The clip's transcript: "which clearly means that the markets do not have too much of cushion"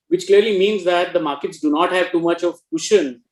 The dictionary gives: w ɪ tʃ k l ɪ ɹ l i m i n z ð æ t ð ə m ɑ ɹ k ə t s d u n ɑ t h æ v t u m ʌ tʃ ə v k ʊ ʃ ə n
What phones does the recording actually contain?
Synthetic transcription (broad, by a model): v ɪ tʃ k l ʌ ɹ l i m i n z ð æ t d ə m ɑ ɹ k ə t s d u n ɑ t h æ v t u m ʌ tʃ ə v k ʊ ʃ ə n